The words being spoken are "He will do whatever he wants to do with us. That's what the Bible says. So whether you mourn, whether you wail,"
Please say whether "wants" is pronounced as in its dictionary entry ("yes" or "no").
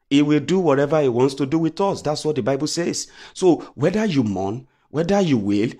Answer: yes